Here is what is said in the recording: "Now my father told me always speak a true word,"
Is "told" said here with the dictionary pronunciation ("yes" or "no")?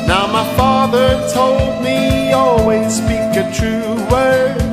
yes